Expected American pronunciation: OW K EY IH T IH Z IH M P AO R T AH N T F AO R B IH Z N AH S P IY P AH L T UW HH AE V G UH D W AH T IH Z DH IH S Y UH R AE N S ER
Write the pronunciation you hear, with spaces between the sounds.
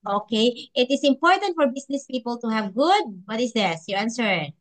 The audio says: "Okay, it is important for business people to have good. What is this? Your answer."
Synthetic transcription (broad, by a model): OW K EY IH T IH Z IH M P AO R T AH N T F AO R B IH S N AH S P IY P AH L T UW HH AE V G UH D W AH T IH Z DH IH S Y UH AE N S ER